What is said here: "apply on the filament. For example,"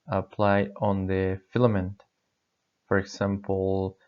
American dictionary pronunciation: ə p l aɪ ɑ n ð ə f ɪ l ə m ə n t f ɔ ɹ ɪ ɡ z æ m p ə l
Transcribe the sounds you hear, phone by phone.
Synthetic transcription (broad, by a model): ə p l aɪ ɑ n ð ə f ɪ l ə m ə n t f ɔ ɹ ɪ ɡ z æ m p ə l